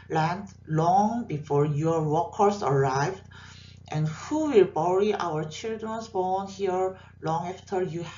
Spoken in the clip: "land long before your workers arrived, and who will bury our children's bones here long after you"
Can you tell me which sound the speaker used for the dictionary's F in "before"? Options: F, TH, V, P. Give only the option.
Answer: F